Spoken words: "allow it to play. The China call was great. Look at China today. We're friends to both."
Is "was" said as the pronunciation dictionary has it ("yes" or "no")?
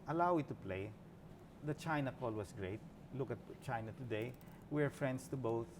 no